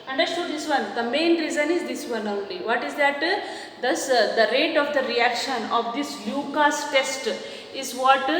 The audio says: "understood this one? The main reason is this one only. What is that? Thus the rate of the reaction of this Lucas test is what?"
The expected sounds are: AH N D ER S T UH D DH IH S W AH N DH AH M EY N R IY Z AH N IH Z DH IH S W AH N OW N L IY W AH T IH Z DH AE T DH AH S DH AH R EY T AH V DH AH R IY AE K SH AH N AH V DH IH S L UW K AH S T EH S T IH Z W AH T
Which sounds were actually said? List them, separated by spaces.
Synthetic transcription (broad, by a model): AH N D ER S T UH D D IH S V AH N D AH M EY N R IY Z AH N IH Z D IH S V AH N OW L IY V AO T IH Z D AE T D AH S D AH R EY T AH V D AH R IY AE K SH AH N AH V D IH S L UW K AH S T EH S T IH Z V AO T